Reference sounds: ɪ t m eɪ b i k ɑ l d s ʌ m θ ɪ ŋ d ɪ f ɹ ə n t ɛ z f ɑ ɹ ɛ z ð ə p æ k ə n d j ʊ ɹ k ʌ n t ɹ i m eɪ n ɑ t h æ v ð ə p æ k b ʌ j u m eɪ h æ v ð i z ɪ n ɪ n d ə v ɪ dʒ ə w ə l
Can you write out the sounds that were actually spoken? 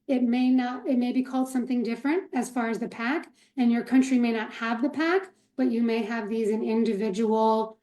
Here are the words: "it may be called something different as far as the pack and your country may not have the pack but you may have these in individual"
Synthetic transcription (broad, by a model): ɪ t m eɪ b i k ɑ l d s ʌ m θ ɪ ŋ d ɪ f ɹ ə n t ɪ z f ɑ ɹ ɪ z ð ə p æ k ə n j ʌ ɹ k ʌ n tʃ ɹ i m eɪ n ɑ t h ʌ v ð ə p æ k b ʌ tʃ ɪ m eɪ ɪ v ð i z ɪ n ɪ n d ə v ɪ dʒ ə w l